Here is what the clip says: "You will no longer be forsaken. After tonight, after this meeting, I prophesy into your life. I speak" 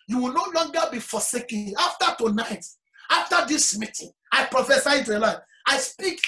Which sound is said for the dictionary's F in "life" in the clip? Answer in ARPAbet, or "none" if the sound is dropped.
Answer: none